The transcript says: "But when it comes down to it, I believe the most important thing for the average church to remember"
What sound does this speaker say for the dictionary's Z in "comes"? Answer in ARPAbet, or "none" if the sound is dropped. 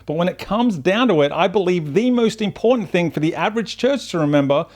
Z